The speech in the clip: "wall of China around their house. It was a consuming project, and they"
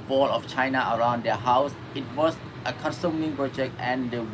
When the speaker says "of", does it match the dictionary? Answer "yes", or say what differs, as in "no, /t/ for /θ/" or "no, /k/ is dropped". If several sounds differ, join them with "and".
no, /f/ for /v/